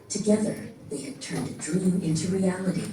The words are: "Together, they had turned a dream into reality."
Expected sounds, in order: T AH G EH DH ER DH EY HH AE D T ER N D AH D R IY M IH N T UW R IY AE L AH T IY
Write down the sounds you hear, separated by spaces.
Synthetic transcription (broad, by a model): T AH G EH DH ER DH EY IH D T ER N D AH D R IY M IH N T UW R IY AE L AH T IY